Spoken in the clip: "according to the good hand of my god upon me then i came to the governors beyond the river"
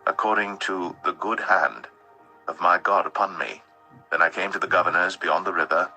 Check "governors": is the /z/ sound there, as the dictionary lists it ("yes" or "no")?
yes